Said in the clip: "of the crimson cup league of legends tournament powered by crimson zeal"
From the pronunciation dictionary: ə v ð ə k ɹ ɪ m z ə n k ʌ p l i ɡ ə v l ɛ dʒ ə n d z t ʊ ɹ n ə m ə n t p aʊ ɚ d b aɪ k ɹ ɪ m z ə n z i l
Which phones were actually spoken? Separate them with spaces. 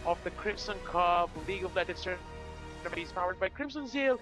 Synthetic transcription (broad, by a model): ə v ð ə k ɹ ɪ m s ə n k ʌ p l i ɡ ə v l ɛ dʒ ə d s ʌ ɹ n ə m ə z p aʊ ɚ d b aɪ k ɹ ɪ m s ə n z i l